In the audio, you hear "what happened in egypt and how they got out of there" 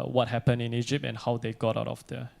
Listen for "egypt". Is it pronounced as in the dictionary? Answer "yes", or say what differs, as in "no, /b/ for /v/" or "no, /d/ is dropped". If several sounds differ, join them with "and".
yes